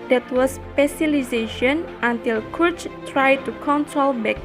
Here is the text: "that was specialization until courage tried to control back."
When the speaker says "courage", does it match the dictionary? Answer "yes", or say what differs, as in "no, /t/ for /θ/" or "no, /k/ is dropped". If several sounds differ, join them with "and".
no, /tʃ/ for /dʒ/